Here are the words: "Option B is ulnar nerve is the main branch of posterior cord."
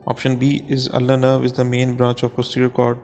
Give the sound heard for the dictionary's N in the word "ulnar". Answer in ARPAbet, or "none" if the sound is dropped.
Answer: none